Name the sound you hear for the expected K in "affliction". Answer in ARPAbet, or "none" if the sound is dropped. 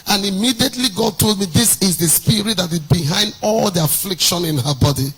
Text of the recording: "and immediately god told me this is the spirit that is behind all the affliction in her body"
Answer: K